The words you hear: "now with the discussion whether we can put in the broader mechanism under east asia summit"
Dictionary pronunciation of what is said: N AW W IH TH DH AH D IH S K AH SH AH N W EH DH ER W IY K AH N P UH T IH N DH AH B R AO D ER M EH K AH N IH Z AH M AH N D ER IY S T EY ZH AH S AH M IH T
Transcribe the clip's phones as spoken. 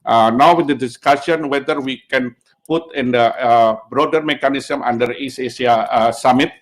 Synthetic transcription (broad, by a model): N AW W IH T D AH D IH S K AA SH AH N W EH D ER W IY K AH N P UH T IH N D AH B R AO D ER M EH K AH N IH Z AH M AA N D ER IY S EY S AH S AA M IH T